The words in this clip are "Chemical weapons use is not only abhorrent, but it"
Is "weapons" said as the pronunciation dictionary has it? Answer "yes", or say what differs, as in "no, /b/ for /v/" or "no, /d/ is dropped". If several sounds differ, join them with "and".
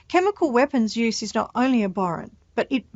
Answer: yes